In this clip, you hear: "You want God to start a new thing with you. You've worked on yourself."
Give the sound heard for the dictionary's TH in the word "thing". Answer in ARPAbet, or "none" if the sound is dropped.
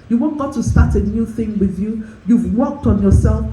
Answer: TH